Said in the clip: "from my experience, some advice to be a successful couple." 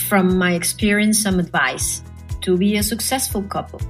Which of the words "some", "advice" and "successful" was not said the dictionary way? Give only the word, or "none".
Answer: none